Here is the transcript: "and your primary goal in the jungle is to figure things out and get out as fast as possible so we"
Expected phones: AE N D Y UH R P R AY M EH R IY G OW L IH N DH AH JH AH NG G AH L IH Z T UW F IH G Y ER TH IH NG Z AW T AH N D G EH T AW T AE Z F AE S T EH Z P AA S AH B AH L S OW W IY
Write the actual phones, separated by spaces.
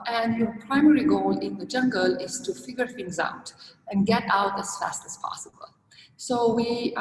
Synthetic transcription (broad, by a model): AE N D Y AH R P R AY M EH R IY G OW L IH N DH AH JH AH NG G AH L IH Z T UW F IH G Y ER F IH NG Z AW T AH N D G EH T AW T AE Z F AE S T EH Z P AA S AH B AH L S OW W IY